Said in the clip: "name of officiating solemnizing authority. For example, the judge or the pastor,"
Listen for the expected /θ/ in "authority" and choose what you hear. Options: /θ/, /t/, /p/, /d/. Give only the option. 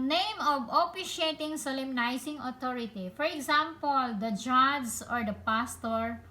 /t/